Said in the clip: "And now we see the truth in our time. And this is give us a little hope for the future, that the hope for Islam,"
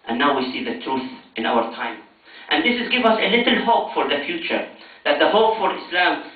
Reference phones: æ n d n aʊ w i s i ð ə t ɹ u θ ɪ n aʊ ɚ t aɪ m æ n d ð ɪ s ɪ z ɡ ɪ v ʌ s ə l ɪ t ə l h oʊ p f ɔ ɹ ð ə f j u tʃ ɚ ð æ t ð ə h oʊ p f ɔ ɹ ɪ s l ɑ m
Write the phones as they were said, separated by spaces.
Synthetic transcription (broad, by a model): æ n n aʊ w i s i ð ə t ɹ u θ ɪ n aʊ ɚ t aɪ m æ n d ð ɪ s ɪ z ɡ ɪ v ʌ s ə l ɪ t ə l h oʊ p f ɔ ɹ ð ə f j u tʃ ɚ ð æ t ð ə h oʊ p f ɔ ɹ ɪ s l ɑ m